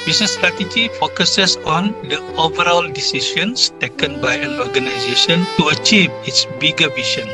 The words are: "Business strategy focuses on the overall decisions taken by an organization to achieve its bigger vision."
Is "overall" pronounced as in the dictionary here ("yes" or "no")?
yes